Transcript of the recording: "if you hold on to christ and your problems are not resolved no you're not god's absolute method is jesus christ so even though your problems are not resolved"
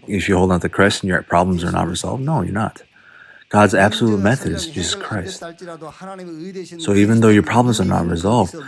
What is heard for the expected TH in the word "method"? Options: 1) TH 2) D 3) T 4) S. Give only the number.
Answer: 1